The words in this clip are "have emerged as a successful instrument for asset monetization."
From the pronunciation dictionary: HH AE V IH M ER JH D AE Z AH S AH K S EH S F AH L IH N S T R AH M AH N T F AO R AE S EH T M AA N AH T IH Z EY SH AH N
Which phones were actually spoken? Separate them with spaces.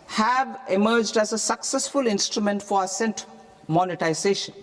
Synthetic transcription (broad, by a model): HH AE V IH M ER JH D AE Z AH S AH K S EH S F AH L IH N S T R AH M AH N T F AO R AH S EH T M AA N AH T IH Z EY SH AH N